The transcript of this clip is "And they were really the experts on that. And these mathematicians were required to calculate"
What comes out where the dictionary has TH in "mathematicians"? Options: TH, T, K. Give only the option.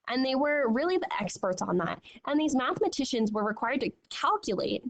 TH